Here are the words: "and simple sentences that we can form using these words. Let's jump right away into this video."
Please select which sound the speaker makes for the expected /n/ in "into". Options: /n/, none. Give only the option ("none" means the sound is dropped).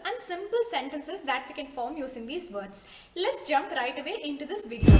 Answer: /n/